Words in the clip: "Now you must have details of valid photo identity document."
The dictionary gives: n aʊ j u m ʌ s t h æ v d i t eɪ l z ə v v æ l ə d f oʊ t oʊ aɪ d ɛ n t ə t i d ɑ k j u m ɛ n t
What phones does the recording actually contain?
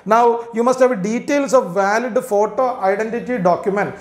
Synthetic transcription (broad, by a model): n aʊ j u m ʌ s t h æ v d i t eɪ l s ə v v æ l ə d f oʊ t oʊ aɪ d ɛ n t ə t i d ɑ k j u m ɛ n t